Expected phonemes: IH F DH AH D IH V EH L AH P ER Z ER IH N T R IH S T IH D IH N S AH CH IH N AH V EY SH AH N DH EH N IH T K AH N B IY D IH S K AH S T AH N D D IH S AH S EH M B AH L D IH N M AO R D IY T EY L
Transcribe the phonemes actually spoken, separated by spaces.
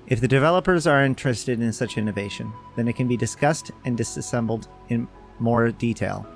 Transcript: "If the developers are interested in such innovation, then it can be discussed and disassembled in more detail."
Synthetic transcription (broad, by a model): IH F DH AH D IH V EH L AH P ER Z ER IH N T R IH S T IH D IH N S AH CH IH N AH V EY SH AH N DH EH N IH T K AH N B IY D IH S K AH S T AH N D D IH S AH S EH M B L D IH N M AO R D IY T EY L